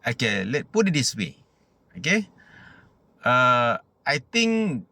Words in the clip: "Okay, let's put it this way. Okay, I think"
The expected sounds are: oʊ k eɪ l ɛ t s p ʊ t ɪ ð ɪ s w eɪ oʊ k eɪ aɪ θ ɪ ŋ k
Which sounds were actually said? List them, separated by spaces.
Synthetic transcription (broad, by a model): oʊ k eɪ l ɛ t p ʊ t ɪ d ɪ s w eɪ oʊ k eɪ aɪ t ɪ ŋ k